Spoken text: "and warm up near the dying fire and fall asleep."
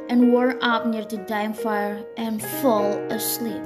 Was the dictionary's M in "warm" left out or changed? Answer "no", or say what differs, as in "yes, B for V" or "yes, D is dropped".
yes, M is dropped